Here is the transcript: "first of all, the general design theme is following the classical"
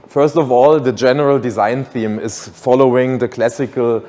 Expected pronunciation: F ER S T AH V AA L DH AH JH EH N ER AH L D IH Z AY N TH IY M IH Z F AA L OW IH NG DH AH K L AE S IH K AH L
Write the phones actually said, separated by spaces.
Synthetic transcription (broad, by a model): F ER S T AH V AA L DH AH JH EH N ER AH L D IH Z AY N TH IY M IH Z F AA L OW IH NG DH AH K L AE S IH K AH L